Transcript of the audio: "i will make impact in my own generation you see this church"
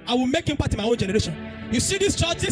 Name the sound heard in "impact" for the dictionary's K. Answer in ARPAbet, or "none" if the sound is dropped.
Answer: none